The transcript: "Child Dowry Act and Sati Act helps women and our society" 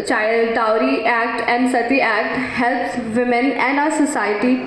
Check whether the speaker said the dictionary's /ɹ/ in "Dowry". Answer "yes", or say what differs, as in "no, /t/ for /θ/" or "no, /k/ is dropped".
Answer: yes